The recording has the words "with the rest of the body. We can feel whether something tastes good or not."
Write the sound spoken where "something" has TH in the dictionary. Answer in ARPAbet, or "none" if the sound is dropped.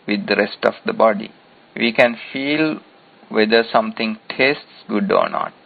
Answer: T